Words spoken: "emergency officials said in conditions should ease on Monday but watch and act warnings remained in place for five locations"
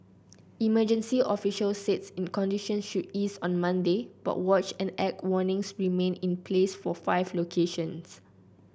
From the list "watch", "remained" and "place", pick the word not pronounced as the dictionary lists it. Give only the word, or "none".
remained